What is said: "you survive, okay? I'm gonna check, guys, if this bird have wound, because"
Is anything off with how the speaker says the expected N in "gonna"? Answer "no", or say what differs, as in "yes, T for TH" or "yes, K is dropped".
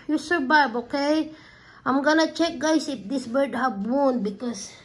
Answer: no